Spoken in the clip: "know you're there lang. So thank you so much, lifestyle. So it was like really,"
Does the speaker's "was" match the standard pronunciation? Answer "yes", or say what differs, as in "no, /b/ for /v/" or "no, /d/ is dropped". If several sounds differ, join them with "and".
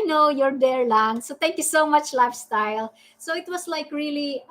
no, /s/ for /z/